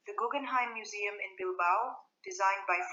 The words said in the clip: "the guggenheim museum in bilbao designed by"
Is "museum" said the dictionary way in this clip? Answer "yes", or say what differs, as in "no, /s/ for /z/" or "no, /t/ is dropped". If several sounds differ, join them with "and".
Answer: yes